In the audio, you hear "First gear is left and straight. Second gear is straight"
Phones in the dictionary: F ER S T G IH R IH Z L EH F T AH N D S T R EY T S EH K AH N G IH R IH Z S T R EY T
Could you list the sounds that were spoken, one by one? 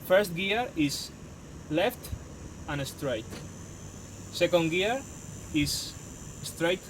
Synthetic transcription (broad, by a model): F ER S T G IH R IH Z L EH F T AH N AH S T R EY T S EH K AH N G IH R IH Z S T R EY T